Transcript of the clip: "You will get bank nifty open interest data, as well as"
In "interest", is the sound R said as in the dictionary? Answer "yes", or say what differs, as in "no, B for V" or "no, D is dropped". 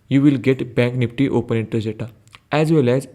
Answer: no, R is dropped